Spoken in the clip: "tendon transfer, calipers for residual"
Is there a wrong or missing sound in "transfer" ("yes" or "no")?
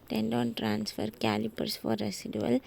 no